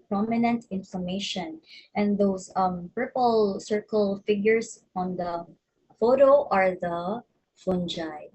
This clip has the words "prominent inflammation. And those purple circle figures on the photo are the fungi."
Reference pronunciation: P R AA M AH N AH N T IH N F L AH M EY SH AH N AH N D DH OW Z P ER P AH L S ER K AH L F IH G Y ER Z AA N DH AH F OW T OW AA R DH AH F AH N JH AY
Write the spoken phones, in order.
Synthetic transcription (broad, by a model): P R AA M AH N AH N T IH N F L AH M EY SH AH N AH N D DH OW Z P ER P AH L S ER K AH L F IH G Y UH S AA N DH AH F OW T OW AA R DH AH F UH N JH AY